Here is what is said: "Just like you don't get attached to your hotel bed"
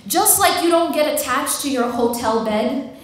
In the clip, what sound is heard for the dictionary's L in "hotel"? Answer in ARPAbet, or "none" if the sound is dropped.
L